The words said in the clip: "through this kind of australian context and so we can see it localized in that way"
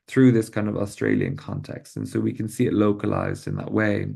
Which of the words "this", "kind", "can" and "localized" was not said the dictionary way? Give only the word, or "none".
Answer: none